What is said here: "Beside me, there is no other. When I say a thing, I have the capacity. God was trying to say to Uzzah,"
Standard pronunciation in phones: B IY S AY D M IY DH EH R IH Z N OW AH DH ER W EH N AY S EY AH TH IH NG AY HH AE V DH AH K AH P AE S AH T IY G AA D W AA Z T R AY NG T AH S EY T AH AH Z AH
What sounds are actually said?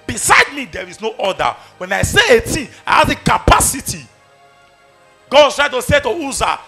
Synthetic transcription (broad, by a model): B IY S AY D M IY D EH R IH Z N OW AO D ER W EH N AY S EY AH T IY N AY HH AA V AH K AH P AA S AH T IY G AA D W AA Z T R AY T AH S EY T AH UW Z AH